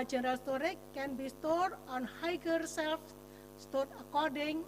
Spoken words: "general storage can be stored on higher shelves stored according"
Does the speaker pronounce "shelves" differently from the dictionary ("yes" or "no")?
yes